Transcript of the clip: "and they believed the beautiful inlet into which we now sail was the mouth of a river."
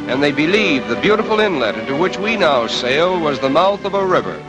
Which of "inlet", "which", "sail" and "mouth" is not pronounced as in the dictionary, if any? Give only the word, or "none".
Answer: none